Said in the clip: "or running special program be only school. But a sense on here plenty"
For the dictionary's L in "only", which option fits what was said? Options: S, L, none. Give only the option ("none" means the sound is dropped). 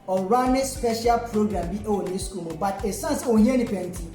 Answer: none